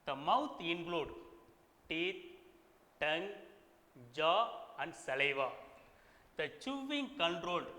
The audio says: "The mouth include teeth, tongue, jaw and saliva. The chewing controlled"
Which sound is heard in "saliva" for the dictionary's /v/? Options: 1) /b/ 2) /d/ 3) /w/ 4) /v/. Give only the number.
4